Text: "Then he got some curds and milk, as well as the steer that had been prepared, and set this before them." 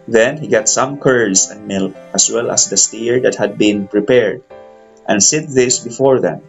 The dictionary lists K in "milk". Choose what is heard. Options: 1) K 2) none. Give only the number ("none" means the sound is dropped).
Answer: 2